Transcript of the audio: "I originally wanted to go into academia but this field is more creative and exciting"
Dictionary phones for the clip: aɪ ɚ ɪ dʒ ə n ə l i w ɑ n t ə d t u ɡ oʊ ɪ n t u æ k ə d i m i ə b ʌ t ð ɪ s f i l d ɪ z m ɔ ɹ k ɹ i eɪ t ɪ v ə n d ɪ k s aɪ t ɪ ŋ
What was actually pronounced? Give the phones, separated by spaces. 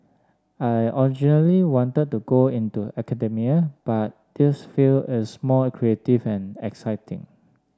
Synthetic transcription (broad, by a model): aɪ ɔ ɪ dʒ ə n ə l i w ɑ n t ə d t u ɡ oʊ ɪ n t u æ k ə d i m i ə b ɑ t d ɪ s f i l ɪ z m ɔ l k ɹ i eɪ t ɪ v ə n ɪ k s aɪ t ɪ ŋ